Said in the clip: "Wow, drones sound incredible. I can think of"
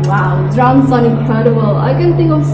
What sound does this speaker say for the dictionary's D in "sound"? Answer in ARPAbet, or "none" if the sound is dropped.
none